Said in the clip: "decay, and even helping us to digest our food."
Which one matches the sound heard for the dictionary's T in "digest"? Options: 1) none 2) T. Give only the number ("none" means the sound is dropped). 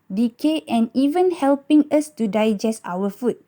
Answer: 2